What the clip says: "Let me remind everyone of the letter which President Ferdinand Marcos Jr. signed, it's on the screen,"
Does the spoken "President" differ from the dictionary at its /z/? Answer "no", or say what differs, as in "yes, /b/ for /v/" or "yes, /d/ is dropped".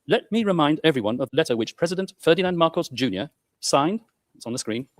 no